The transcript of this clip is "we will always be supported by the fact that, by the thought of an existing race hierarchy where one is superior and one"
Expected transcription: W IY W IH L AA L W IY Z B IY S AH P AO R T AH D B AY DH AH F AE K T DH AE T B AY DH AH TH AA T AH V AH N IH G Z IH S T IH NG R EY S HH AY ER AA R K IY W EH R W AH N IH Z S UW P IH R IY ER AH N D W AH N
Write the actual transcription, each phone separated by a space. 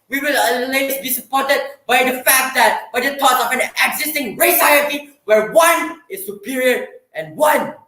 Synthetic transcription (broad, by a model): W IY W IH L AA L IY S B IY S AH P AO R T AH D B AY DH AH F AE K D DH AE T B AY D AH T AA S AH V AH N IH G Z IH S T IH NG R EY S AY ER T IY W EH R W AH N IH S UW P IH R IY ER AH N W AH N